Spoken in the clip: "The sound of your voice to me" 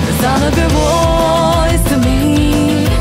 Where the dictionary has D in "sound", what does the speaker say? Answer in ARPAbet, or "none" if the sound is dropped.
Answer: none